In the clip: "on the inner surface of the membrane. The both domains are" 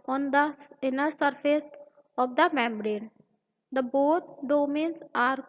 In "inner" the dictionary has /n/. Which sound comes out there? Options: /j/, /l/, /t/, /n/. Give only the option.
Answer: /n/